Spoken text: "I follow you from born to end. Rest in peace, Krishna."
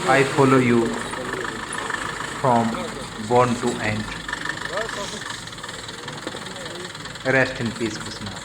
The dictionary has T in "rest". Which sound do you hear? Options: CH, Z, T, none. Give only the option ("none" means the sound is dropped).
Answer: T